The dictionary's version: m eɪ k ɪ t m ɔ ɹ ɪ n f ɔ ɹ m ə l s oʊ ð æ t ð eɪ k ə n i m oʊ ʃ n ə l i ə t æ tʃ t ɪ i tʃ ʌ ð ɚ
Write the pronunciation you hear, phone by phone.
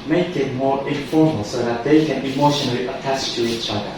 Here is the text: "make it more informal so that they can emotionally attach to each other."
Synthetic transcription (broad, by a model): m eɪ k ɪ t m ɔ ɹ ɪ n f ɔ ɹ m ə l s oʊ ð æ t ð eɪ k ə n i m oʊ ʃ n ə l i ə t æ tʃ t ɪ i tʃ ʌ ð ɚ